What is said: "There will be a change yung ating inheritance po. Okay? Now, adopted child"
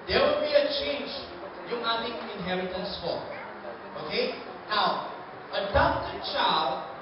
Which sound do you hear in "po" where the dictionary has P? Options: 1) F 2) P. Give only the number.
1